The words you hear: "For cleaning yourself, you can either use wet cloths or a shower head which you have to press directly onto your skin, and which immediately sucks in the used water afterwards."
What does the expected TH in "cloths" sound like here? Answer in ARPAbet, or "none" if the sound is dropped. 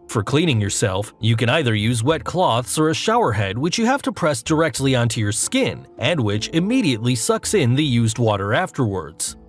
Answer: TH